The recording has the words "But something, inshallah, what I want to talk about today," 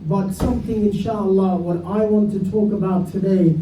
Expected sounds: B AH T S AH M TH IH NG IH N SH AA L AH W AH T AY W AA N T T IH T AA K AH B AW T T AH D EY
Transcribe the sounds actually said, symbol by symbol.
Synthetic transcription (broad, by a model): B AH T S AH M TH IH NG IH N SH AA L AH W AH T AY W AA N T T IH T AA K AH B AW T T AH D EY